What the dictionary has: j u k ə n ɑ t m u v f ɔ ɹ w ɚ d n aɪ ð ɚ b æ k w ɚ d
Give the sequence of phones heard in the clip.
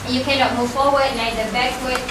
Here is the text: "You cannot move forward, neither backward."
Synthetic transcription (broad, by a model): j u k ə n ɑ t m u v f ɔ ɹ w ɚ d l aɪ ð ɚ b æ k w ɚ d